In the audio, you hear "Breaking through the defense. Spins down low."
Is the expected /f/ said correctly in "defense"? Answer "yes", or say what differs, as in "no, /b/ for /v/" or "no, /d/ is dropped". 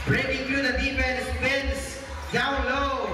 no, /p/ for /f/